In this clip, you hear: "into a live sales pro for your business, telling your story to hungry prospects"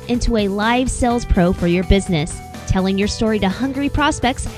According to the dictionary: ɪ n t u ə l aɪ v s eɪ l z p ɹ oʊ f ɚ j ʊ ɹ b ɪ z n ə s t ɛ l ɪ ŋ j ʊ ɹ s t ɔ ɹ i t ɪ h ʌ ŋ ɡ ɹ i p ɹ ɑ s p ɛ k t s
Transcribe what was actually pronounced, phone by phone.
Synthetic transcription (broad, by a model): ɪ n t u ə l aɪ v s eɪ l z p ɹ oʊ f ɚ j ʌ ɹ b ɪ z n ə s t ɛ l ɪ ŋ j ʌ ɹ s t ɔ ɹ i t ɪ h ʌ ŋ ɡ ɹ i p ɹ ɑ s p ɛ k t s